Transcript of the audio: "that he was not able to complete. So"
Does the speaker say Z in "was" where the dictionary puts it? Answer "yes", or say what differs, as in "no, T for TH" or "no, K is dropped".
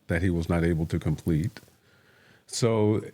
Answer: yes